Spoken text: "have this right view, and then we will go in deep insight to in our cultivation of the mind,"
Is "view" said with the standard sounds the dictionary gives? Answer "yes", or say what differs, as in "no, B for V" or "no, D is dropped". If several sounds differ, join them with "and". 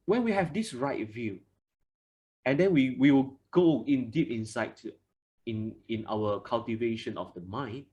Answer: yes